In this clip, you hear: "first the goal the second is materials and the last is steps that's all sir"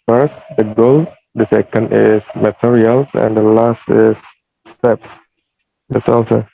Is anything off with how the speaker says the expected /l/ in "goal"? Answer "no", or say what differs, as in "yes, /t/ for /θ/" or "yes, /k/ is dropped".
no